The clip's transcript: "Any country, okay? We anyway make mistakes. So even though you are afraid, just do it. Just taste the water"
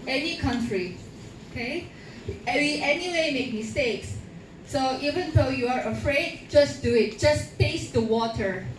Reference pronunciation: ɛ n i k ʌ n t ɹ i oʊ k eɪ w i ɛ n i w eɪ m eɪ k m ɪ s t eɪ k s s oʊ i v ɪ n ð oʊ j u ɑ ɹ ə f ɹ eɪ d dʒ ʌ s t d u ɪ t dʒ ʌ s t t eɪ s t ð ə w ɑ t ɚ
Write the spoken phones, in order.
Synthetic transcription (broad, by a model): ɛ n i k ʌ n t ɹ i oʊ k eɪ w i ɛ n i w eɪ m eɪ k m ɪ s t eɪ k s s oʊ i v ɪ n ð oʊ j u ɑ ɹ ə f ɹ eɪ d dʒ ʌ s d u ɪ t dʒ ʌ s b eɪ s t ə w ɑ t ɚ